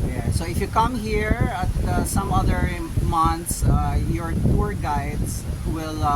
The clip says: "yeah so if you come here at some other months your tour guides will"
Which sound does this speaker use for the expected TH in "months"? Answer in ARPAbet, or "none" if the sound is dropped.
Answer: T